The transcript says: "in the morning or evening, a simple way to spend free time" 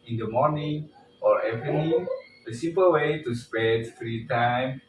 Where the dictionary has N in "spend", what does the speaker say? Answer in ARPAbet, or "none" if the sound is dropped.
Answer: none